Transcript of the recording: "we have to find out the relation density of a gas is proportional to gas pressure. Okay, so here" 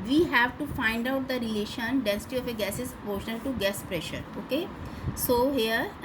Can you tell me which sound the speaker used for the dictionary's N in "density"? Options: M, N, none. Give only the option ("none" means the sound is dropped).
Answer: N